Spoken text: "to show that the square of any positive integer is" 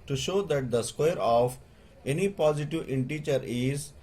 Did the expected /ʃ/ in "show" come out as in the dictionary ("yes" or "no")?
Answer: yes